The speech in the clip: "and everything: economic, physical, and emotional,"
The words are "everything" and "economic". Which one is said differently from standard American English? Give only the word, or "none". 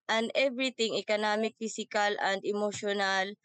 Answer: everything